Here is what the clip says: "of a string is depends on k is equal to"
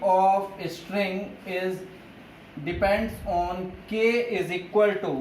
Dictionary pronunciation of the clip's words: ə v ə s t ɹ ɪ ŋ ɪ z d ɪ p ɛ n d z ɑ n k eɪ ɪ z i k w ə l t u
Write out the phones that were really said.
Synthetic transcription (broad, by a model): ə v ə s t ɹ ɪ ŋ ɪ z d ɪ p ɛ n d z ɑ n k eɪ ɪ z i k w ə l t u